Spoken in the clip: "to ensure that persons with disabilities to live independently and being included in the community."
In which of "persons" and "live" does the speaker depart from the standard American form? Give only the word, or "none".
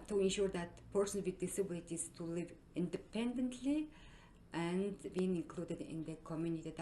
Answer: persons